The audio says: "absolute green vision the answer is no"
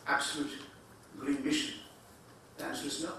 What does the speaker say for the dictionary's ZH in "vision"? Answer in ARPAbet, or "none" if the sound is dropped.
SH